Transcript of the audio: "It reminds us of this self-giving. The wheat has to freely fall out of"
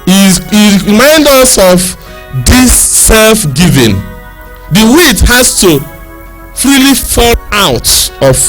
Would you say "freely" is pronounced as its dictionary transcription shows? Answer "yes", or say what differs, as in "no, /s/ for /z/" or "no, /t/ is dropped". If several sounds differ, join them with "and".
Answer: yes